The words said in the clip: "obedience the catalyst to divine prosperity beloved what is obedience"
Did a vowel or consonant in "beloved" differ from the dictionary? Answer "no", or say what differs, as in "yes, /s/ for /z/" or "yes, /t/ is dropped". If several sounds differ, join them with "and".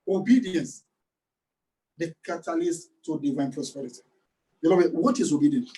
yes, /b/ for /v/